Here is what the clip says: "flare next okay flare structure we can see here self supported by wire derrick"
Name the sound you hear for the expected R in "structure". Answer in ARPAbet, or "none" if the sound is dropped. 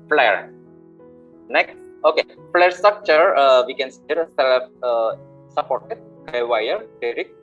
R